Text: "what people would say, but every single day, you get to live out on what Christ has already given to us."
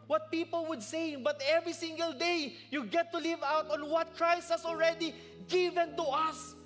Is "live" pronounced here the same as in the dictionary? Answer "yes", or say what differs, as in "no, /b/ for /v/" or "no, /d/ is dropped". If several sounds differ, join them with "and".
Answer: yes